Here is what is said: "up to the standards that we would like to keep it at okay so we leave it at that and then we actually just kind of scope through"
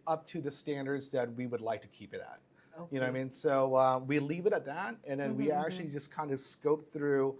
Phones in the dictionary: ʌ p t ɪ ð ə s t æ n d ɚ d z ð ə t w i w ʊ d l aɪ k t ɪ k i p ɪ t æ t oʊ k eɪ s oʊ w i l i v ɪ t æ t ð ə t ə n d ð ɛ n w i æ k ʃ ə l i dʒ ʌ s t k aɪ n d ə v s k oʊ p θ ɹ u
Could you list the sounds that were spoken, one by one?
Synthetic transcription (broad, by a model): ʌ p t ɪ ð ə s t æ n d ɚ d z ð ə t w i w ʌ d l aɪ k t ɪ k i p ɪ t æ t oʊ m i s oʊ w i l i v ɪ t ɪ t ð ə t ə n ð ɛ n w i æ k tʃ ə l i dʒ ʌ s k aɪ n d ə v s k oʊ p θ ɹ u